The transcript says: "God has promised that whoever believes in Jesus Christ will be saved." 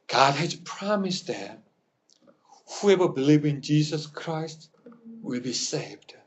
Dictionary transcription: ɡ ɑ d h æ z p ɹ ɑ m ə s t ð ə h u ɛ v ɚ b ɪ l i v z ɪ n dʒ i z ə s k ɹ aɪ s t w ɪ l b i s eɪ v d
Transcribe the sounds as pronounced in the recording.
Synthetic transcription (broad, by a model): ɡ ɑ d h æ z p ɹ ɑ m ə s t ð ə h u ɛ v ɚ b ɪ l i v ɪ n dʒ i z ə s k ɹ aɪ s t w ɪ l b i s eɪ v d